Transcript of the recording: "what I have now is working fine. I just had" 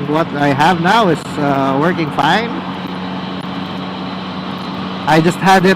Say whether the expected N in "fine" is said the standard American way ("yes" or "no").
yes